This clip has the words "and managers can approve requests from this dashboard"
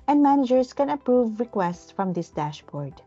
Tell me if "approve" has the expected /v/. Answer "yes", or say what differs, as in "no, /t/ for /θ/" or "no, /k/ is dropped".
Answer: yes